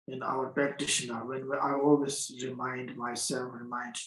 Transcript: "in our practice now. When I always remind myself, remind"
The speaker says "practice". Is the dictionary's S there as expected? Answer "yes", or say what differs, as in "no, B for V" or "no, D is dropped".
no, SH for S